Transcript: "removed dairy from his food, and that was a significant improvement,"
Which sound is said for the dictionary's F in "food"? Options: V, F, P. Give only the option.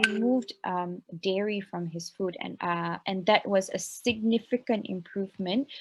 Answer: F